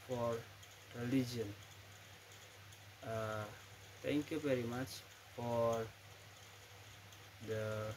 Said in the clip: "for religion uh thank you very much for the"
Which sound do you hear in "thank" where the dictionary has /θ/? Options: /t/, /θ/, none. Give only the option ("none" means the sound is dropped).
/t/